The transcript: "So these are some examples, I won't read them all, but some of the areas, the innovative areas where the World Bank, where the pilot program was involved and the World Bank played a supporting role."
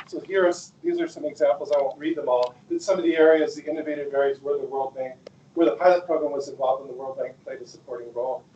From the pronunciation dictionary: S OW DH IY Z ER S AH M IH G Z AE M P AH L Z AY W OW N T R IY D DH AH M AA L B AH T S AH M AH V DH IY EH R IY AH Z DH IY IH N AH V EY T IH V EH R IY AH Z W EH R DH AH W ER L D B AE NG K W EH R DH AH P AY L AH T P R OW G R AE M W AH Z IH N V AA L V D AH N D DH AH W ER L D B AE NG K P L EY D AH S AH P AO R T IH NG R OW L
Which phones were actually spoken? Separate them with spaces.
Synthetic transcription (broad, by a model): S OW DH IY Z ER S AH M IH G Z AE M P L Z AY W OW N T R IY D DH AH M AA L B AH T S AH M AH V DH IY EH R IY AH Z DH IY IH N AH V EY T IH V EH R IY Z W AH R DH AH W ER L D B AE NG K W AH R DH AH P AY L AH T P R OW G R AE M W AH Z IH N V AA L V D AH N DH AH W ER L D B AE NG K P L EY D AH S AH P AO R T IH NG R OW L